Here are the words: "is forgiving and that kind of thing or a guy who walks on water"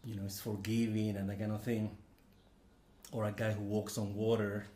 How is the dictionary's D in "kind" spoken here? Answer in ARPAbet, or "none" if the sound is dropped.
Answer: none